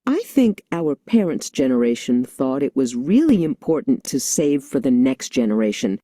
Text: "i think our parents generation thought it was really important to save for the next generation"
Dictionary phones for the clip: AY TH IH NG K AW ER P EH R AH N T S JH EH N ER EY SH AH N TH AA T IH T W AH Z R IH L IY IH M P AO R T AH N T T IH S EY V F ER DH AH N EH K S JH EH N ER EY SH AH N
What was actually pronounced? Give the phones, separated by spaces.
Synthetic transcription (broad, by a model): AY TH IH NG K AW ER P EH R AH N T S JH EH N ER EY SH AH N TH AA T IH T W AH Z R IH L IY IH M P AO R T N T T IH S EY V F ER DH AH N EH K S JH EH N ER EY SH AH N